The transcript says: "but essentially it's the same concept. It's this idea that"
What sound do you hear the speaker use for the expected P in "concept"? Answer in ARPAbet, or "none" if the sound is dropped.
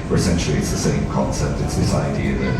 P